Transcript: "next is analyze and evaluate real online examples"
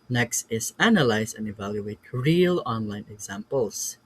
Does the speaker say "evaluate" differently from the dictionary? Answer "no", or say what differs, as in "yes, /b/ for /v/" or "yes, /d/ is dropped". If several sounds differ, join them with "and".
no